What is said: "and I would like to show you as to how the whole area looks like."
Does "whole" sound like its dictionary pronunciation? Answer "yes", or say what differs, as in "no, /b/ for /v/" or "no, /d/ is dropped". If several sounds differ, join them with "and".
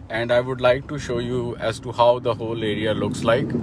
yes